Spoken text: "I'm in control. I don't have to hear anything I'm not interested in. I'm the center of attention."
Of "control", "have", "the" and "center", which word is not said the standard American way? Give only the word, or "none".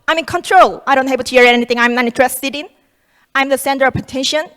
have